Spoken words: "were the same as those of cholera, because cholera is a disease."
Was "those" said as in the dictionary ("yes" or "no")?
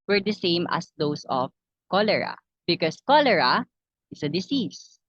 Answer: no